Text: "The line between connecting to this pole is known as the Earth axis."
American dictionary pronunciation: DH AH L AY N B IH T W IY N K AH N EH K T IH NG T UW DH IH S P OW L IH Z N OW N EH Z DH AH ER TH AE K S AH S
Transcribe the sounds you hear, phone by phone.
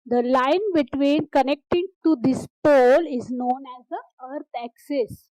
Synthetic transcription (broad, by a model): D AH L AY N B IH T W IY N K AH N EH K T IH NG T UW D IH S P OW L IH Z N OW N EH Z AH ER T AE K S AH S